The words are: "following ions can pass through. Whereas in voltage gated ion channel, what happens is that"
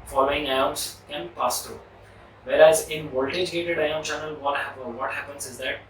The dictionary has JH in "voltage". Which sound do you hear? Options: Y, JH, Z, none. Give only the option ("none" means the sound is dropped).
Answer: JH